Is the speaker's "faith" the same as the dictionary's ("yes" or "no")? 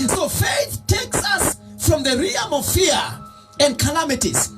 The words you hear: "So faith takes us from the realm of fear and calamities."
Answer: yes